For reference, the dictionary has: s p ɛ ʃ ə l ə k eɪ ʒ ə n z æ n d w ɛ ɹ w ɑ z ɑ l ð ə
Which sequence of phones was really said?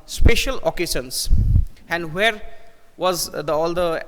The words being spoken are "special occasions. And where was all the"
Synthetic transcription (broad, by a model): s p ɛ ʃ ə l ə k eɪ s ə n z æ n d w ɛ ɹ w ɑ z ɑ l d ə